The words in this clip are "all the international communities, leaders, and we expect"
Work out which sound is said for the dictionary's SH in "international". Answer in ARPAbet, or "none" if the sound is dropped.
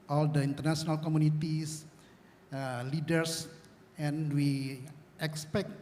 S